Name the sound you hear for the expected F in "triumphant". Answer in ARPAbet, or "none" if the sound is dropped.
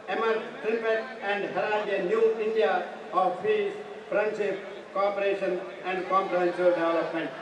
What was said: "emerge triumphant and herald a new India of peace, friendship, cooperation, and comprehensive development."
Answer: P